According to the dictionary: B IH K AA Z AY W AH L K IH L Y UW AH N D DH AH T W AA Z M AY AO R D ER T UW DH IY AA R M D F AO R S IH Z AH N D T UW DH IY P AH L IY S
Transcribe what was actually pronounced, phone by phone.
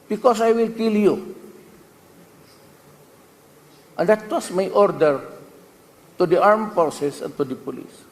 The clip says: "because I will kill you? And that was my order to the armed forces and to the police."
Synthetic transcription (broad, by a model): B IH K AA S AY W AH L K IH L Y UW AH N D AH T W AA S M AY AO R D ER T UW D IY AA R M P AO S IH S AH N T UW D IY P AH L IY S